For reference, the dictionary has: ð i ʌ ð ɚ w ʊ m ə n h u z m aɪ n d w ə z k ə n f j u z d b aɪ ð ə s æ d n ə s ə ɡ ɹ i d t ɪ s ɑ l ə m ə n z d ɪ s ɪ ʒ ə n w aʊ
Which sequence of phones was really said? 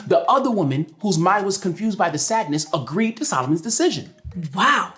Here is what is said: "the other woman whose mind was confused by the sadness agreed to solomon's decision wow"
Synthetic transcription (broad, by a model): ð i ʌ ð ɚ w ʊ m ə n h u z m aɪ n d w ə z k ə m f j u z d b aɪ ð ə s æ d n ə s ə ɡ ɹ i d t ɪ s ɑ l ə m ə n z d ɪ s ɪ ʒ ə n w aʊ